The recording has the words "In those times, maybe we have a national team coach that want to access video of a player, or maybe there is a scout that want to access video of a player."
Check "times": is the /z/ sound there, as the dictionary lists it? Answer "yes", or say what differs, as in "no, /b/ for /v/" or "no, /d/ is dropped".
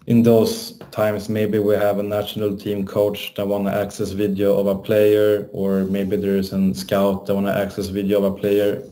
no, /s/ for /z/